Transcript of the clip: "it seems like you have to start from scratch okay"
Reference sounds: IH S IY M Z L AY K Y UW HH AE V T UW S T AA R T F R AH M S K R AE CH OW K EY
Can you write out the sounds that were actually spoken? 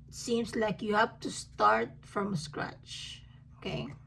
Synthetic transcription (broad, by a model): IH S IY M S L AY K Y UW HH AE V T UW S T AA R T F R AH M S K R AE CH OW K EY